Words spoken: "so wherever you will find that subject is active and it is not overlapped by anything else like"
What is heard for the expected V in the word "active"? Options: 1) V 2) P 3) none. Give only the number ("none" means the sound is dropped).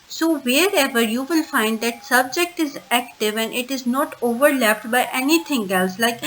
1